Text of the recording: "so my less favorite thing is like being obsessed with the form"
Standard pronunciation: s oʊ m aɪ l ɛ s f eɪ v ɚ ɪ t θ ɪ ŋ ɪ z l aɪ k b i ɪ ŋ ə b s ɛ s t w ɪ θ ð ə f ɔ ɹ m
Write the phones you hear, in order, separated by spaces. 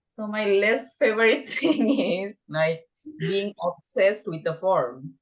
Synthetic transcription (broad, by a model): s oʊ m aɪ l ɛ s f eɪ v ɚ ɪ t t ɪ ŋ ɪ z n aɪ b i ɪ ŋ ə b s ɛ s t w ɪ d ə f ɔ ɹ m